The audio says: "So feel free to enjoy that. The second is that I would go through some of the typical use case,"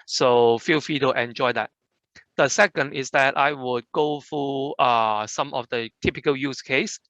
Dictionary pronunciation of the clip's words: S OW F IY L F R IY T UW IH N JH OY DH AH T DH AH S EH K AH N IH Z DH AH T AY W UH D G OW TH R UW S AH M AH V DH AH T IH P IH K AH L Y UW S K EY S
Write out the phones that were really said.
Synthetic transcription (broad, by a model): S OW F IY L F IY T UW IH N JH OY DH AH T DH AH S EH K AH N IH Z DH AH T AY W UH D G OW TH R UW S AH M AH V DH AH T IH P IH K AH L Y UW S K EY S